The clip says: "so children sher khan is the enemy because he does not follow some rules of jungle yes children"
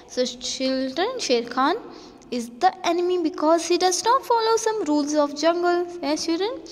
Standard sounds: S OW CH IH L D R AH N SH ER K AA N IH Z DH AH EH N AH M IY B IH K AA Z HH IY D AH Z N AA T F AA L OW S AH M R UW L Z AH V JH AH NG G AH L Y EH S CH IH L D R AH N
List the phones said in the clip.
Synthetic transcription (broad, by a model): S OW CH IH L D R AH N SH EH K AA N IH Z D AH EH N AH M IY B IH K AA Z HH IY D AH Z N AA T F AA L OW S AH M R UW L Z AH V JH AH NG G AH L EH CH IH L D R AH N